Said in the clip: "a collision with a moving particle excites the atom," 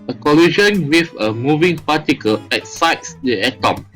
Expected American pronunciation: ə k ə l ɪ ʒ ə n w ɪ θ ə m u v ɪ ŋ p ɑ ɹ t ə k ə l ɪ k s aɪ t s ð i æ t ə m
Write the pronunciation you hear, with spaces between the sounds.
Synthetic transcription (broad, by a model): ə k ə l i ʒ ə n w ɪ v ə m u v ɪ ŋ p ɑ t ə k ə l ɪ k s aɪ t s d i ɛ t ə m